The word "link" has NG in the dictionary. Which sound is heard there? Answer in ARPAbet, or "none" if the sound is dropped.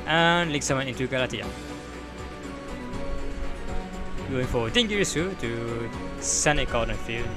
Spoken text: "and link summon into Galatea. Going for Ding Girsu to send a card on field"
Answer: none